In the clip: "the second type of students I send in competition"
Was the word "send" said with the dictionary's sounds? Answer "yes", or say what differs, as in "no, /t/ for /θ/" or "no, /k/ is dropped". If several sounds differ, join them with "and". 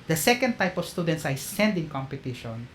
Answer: yes